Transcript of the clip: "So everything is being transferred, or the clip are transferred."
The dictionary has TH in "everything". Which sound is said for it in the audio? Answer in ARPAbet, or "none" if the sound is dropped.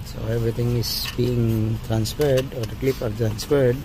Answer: T